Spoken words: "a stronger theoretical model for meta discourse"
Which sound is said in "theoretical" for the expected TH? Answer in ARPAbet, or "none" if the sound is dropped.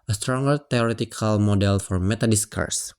T